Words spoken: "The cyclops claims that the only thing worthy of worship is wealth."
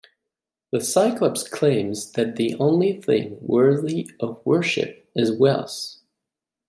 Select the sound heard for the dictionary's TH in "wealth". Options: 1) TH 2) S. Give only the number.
2